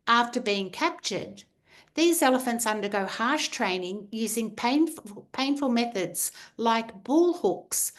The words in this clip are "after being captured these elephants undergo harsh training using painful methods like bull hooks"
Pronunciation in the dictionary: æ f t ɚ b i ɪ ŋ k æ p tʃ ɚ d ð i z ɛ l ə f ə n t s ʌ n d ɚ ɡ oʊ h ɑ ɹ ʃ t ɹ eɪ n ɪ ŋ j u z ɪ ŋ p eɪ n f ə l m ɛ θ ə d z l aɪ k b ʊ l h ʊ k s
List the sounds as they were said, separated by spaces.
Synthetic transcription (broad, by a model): æ f t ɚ b i ɪ ŋ k æ p tʃ ɚ d ð i z ɛ l ə f ə n t s ʌ n d ɚ ɡ oʊ h ɑ ɹ ʃ t ɹ eɪ n ɪ ŋ j u z ɪ ŋ p eɪ n f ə l m ɛ θ ə d z l aɪ k b ʊ l h ʊ k s